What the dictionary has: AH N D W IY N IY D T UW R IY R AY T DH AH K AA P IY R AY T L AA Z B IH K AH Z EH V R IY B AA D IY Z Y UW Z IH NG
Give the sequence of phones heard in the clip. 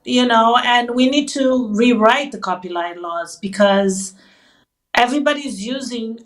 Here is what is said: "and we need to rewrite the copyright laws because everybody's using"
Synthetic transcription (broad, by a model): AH N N W IY N IY D T UW R IY R AY T DH AH K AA P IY L AY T L AA Z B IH K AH Z EH V R IY B AA D IY Z Y UW Z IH NG